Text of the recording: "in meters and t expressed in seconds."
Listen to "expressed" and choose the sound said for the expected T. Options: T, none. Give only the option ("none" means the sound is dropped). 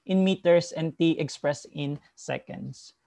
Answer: none